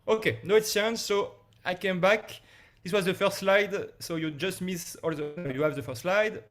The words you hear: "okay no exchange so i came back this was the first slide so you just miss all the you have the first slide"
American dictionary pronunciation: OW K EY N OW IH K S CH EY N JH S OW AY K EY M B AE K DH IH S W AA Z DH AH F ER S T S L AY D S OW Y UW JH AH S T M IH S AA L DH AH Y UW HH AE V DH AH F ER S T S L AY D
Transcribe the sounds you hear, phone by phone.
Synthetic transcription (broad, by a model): OW K EY N OW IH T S EY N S S OW AY K EY M B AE K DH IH S W AA Z DH AH F ER S T S L AY D S OW Y UW JH AH S T M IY S AA L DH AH Y UW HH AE V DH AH F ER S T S L AY D